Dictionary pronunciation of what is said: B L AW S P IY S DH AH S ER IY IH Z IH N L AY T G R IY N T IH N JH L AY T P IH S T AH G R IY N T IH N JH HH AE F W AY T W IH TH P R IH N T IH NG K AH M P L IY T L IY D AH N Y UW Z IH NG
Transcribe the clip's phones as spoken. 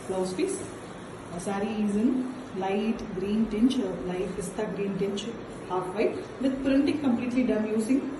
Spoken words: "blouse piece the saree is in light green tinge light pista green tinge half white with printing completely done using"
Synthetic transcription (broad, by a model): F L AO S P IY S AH S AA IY IH Z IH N L AY T G R IY N T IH N CH L AY T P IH S T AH G R IY N T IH N CH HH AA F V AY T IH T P R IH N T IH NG K AH M P L IY T L IY D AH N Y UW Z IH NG